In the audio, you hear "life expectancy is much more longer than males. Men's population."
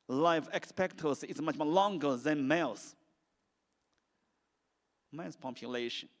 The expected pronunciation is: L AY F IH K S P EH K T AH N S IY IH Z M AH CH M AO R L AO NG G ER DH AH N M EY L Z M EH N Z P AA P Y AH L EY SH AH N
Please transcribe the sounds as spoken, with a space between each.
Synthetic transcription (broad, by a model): L AY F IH K S P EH K T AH S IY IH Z M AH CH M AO L AO NG G ER DH AH N M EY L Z M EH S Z P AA P Y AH L EY SH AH N